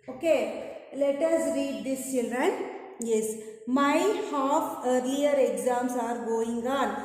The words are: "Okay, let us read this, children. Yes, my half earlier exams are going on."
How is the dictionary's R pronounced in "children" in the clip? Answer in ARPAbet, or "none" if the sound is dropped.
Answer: R